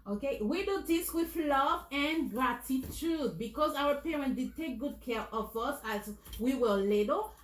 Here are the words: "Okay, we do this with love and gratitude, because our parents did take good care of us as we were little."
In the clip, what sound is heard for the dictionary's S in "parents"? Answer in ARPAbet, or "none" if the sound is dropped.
none